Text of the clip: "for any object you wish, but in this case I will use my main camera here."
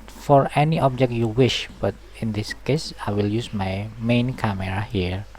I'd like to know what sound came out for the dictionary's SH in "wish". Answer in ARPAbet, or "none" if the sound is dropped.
SH